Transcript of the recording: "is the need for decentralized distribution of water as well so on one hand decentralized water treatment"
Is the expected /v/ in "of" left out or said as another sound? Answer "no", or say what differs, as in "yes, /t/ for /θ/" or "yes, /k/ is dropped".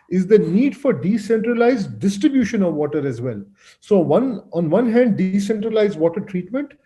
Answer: no